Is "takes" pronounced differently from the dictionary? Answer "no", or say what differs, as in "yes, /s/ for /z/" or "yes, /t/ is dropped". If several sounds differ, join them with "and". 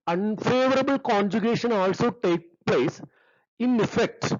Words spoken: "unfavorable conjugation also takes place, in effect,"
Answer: yes, /s/ is dropped